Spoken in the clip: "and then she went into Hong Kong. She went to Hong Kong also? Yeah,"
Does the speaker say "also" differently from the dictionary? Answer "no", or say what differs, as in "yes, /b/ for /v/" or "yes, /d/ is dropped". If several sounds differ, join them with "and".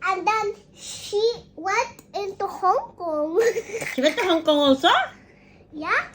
yes, /l/ is dropped